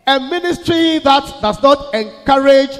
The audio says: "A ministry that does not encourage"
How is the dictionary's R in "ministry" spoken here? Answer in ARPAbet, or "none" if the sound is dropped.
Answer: R